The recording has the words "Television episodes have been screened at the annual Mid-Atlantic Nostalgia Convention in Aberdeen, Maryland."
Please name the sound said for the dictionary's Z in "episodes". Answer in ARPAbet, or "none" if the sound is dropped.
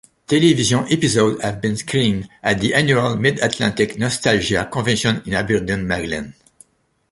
none